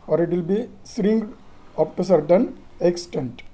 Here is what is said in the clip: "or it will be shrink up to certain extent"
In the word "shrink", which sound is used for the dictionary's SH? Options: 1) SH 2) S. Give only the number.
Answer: 2